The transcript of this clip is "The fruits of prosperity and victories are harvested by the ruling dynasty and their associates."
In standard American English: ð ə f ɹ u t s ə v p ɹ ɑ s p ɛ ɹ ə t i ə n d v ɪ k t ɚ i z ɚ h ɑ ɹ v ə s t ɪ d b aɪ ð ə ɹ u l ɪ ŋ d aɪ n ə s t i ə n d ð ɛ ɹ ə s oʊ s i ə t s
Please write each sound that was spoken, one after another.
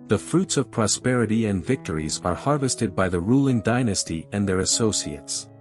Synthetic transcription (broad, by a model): ð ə f ɹ u t s ə v p ɹ ɑ s p ɛ ɹ ə t i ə n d v ɪ k t ɚ i z ɚ h ɑ ɹ v ə s t ɪ d b aɪ ð ə ɹ u l ɪ ŋ d aɪ n ə s t i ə n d ð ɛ ɹ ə s oʊ s i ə t s